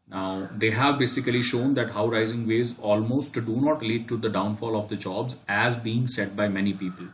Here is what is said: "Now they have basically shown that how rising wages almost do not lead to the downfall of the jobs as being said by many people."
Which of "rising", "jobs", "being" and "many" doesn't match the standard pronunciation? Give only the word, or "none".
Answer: none